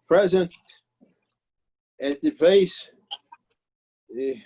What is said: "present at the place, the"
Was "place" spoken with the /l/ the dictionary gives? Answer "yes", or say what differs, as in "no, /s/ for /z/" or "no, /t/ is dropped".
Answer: no, /l/ is dropped